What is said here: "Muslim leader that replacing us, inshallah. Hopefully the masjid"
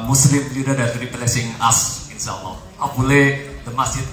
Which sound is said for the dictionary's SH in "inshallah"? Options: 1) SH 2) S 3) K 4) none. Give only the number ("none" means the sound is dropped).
2